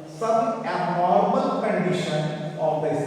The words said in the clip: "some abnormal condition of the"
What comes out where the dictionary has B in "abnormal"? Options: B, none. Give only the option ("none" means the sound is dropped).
none